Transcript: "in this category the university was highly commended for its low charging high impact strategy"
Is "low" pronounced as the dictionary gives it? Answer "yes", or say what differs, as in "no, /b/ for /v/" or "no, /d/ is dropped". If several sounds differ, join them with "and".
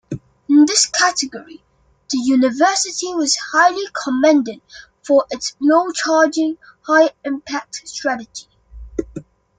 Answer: no, /n/ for /l/